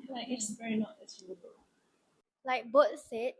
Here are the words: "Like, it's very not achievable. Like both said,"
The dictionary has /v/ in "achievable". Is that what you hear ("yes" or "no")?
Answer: no